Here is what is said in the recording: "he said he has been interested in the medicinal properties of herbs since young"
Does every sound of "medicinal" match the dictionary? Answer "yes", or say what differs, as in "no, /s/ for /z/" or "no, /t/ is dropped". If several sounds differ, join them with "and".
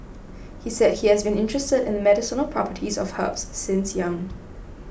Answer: yes